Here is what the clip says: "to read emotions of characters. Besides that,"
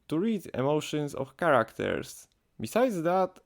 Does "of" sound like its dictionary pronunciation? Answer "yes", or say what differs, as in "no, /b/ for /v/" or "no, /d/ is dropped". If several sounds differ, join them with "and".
no, /f/ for /v/